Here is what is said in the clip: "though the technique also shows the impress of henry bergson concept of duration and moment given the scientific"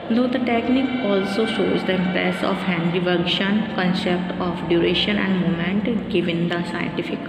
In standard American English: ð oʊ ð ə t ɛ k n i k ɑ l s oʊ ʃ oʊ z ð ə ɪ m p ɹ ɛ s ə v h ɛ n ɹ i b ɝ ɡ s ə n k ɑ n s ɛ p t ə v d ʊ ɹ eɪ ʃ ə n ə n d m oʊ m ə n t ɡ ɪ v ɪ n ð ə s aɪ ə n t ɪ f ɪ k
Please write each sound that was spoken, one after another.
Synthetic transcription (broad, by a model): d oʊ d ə t ɛ k n i k ɑ l s oʊ ʃ oʊ z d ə ɪ m p ɹ ɛ s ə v h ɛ n ɹ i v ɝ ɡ ʃ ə n k ɑ n s ɛ p t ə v d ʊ ɹ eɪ ʃ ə n ə n d m oʊ m ə n t ɡ ɪ v ɪ n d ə s aɪ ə n t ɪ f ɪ k